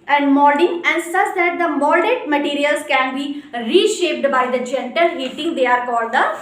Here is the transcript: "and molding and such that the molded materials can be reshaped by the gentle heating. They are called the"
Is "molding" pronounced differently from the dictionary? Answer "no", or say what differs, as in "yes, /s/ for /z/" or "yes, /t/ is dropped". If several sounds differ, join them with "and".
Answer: yes, /l/ is dropped